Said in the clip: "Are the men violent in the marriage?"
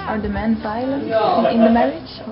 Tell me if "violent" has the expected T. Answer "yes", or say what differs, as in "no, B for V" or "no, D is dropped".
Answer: no, T is dropped